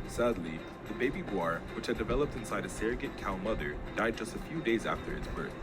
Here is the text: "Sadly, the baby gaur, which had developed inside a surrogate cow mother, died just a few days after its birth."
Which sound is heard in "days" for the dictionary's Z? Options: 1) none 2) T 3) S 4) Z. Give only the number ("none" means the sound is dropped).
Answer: 4